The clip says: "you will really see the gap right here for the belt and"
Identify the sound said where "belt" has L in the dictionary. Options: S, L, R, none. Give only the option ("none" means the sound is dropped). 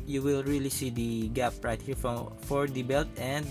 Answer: L